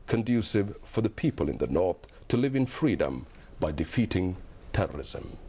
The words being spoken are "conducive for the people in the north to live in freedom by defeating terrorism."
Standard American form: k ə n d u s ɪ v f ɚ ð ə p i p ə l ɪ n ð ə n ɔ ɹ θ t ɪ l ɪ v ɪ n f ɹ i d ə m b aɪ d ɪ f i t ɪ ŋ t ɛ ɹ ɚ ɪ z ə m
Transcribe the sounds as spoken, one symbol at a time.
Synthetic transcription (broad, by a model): k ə n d u s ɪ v f ɚ ð ə p i p ə l ɪ n ð ə n ɔ ɹ θ t ɪ l ɪ v ɪ n f ɹ i d ə m b aɪ d ɪ f i t ɪ ŋ t ɛ ɹ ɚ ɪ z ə m